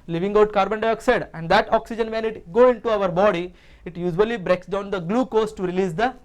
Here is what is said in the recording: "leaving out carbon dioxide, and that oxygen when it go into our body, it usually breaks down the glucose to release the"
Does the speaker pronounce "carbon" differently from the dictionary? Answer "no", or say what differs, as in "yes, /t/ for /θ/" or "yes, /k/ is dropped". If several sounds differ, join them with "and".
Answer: no